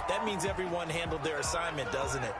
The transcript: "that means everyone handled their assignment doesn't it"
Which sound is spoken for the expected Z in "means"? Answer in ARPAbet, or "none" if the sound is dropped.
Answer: Z